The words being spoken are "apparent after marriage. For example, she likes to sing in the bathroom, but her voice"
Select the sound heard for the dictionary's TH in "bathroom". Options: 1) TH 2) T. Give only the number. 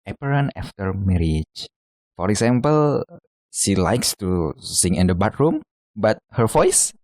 2